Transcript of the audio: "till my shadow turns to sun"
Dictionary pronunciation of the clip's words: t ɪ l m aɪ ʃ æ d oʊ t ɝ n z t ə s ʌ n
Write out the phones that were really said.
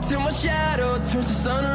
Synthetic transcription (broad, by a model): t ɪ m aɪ ʃ æ d oʊ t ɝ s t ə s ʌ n